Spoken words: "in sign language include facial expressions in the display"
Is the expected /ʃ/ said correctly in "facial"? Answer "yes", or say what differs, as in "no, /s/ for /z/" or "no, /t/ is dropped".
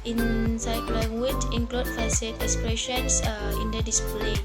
no, /s/ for /ʃ/